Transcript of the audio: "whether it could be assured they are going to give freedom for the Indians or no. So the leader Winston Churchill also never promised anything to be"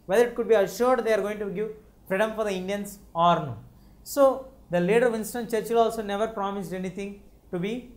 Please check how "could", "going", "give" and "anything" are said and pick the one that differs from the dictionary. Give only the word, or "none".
anything